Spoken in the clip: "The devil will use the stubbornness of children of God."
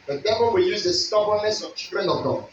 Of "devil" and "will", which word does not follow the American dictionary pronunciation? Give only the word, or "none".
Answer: devil